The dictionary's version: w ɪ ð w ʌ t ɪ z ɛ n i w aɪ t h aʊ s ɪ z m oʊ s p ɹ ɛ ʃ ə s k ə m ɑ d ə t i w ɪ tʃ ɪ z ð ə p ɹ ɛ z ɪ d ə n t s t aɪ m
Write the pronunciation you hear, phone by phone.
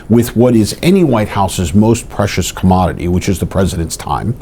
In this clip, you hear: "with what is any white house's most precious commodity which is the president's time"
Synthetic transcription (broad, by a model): w ɪ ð w ʌ t ɪ z ɛ n i w aɪ t h aʊ s ɪ z m oʊ s p ɹ ɛ ʃ ə s k ə m ɑ d ə t i w ɪ tʃ ɪ z ð ə p ɹ ɛ z ɪ d ə n t s t aɪ m